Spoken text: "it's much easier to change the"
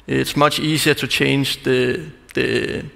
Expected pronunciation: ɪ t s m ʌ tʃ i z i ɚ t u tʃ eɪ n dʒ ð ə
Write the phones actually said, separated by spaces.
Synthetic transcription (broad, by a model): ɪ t s m ʌ tʃ i s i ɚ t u tʃ eɪ n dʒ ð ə